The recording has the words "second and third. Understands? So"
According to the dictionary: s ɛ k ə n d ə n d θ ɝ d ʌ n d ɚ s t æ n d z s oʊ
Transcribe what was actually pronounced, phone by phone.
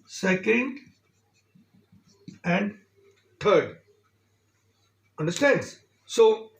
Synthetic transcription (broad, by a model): s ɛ k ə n d ə n d t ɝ d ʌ n d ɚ s t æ n d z s oʊ